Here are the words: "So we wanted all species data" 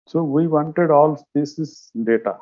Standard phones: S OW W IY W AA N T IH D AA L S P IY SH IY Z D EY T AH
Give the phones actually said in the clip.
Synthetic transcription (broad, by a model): S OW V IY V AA N T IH D AA L S P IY S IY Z D EY T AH